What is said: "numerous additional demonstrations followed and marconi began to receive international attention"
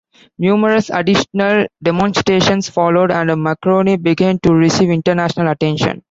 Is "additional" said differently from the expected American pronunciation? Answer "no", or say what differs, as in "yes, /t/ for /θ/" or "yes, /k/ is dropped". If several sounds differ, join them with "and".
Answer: no